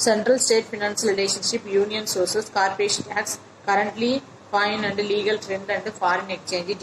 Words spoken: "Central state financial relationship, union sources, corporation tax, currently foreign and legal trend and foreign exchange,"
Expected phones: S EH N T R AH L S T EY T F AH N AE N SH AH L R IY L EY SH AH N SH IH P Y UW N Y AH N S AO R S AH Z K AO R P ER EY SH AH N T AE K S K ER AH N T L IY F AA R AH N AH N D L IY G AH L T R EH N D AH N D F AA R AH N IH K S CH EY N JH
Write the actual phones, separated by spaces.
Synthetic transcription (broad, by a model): S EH N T R AH L S T EY T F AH N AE N S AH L R IY L EY SH AH N SH IH P Y UW N Y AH N S AO R S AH S K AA R P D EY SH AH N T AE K S K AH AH N T L IY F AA AH N AH N D L IY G AH L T R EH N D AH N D F AA R AH N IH K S CH EY N JH